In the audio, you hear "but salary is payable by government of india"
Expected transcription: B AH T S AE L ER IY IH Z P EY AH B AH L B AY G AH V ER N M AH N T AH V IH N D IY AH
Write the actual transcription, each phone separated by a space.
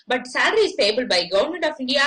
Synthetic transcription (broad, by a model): B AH T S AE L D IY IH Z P EY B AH L B AY G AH UH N M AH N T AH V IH N D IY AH